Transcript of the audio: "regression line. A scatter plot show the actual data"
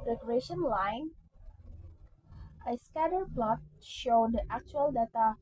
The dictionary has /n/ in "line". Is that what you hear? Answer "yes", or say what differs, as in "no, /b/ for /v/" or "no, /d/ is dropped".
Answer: yes